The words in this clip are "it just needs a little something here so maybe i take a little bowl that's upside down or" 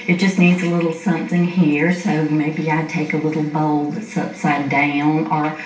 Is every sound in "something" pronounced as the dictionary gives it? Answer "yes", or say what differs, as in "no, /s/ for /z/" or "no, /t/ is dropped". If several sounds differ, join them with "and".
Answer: yes